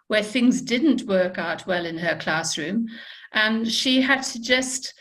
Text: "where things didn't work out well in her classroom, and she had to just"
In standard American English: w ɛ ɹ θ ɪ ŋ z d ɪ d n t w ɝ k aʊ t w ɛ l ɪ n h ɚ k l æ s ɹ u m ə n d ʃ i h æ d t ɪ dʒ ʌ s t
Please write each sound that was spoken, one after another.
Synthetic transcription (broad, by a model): w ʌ ɹ θ ɪ ŋ z d ɪ d n t w ɝ k aʊ t w ɛ l ɪ n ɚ k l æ s ɹ u m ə n ʃ i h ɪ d t ɪ dʒ ʌ s t